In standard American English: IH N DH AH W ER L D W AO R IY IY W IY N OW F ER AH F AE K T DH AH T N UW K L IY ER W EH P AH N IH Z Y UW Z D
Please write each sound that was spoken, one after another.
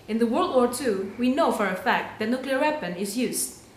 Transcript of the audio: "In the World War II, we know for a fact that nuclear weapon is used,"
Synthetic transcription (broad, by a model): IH N DH AH W ER L D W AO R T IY W IY N OW F ER AH F AE K T DH AH T N UW K L IY ER W EH P AH N IH Z Y UW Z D